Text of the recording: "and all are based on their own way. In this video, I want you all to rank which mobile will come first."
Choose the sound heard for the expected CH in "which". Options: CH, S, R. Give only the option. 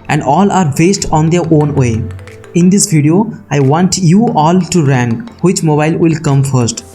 CH